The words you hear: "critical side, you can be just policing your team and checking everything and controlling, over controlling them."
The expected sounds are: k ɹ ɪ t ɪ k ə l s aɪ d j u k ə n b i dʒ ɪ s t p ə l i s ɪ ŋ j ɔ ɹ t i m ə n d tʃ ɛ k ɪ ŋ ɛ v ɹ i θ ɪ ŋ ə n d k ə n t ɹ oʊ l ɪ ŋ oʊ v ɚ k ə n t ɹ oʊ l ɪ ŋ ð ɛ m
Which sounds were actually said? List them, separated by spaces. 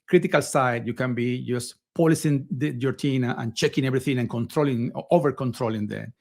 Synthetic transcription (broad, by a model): k ɹ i t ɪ k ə l s aɪ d j u k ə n b i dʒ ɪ s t p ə l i s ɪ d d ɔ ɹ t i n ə n tʃ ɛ k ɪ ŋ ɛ b ɹ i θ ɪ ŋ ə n k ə n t ɹ oʊ l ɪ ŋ oʊ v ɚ k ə n t ɹ oʊ l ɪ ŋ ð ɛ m